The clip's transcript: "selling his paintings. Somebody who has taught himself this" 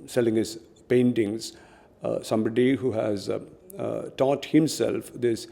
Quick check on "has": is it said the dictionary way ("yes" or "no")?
yes